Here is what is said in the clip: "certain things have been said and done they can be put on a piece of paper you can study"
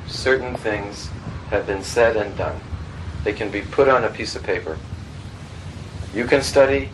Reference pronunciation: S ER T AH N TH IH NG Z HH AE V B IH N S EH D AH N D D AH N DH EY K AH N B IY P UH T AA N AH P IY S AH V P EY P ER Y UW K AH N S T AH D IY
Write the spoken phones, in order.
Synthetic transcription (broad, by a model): S ER T N TH IH NG Z HH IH V B IH N S EH D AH N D D AH N DH EY K AH N B IY P UH T N AH P IY S AH V P EY P ER Y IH K AH N S T AH D IY